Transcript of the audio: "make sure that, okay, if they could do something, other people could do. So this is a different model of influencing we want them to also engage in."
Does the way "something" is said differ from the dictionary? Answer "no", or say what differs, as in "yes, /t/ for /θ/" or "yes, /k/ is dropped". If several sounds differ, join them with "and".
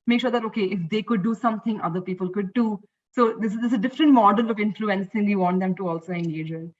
yes, /t/ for /θ/